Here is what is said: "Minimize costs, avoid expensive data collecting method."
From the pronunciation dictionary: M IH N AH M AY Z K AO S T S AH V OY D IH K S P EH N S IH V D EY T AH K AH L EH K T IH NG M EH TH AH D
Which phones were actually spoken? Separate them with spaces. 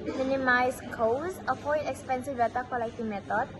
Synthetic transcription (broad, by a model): M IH N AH M AY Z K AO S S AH F OY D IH K S P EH N S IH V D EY T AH K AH L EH K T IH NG M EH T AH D